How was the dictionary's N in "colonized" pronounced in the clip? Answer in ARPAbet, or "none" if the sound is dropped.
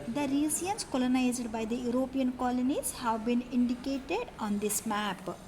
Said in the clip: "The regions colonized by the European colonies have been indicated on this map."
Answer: N